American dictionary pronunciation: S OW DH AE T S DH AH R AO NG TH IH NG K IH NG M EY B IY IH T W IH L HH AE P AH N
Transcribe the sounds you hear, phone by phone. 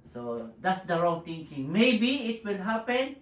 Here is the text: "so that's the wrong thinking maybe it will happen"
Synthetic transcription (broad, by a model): S OW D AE T S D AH R AO NG T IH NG K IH NG M EY B IY IH T W IH L HH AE P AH N